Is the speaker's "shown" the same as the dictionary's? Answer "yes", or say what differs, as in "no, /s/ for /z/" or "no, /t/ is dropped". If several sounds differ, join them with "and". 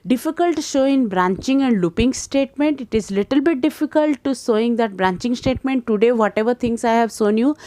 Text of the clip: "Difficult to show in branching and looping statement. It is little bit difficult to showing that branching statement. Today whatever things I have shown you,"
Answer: no, /s/ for /ʃ/